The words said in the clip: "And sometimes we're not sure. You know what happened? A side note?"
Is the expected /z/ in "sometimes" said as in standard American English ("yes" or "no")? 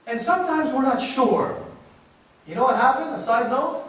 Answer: yes